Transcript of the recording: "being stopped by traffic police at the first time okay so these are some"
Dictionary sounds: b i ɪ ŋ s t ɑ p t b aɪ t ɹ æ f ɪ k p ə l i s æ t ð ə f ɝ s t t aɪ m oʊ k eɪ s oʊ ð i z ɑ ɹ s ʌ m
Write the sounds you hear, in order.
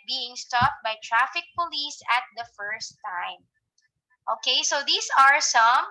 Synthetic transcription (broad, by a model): b i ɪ ŋ s t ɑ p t b aɪ t ɹ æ f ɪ k p ə l i s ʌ t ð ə f ɝ s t t aɪ m oʊ k eɪ s oʊ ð i s ɑ ɹ s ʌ m